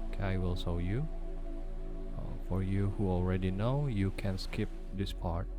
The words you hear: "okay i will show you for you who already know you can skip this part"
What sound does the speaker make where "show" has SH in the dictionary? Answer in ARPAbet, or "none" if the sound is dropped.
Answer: S